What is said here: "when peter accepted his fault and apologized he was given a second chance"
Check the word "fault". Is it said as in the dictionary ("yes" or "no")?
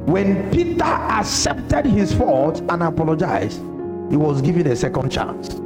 no